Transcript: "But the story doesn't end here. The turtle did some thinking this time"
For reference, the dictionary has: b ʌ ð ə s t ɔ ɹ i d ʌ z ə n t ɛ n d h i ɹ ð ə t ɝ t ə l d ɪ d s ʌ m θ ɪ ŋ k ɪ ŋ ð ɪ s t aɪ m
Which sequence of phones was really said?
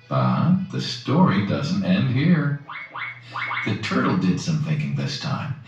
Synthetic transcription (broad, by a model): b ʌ ð ə s t ɔ ɹ i d ʌ z n t ɛ n d h i ɹ ð ə t ɝ t l d ɪ d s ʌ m θ ɪ ŋ k ɪ ŋ ð ɪ s t aɪ m